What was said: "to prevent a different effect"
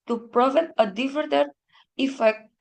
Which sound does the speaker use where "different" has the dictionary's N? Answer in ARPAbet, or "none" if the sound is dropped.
none